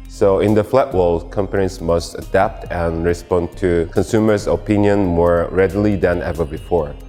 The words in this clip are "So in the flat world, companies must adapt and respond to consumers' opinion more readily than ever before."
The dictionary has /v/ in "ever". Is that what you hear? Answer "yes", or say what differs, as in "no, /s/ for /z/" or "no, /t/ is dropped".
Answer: yes